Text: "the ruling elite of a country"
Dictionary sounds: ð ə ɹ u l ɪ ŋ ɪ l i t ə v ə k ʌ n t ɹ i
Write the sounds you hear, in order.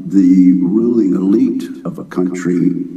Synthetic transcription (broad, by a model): ð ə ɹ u l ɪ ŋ ɪ l i t ə v ə k ʌ n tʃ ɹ i